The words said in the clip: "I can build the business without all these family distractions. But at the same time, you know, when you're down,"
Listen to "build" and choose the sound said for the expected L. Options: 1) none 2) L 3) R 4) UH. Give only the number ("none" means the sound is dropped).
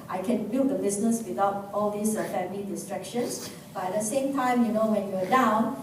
1